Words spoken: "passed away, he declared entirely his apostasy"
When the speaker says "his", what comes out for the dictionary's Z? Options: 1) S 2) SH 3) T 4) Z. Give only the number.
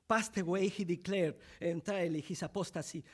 1